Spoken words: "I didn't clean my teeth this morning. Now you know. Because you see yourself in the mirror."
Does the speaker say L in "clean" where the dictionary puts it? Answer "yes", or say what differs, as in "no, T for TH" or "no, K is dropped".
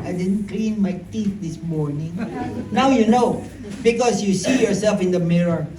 yes